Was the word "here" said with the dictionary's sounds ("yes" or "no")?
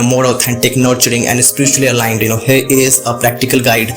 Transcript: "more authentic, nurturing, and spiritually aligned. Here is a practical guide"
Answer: yes